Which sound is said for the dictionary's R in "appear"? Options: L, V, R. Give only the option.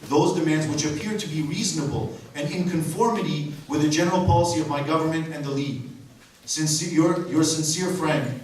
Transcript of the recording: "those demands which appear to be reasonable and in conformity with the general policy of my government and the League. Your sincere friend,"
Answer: R